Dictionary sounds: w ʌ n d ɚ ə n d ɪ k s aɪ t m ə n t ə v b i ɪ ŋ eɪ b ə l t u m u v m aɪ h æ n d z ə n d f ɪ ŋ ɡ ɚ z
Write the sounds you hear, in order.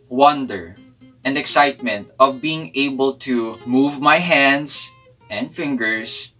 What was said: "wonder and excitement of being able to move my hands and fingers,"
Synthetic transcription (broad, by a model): w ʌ n d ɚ ə n d ɪ k s aɪ t m ə n t ə v b i ɪ ŋ eɪ b ə l t u m u v m aɪ h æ n d s ə n d f ɪ ŋ ɡ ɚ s